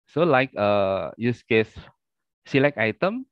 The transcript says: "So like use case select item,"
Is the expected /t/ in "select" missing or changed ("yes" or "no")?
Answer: yes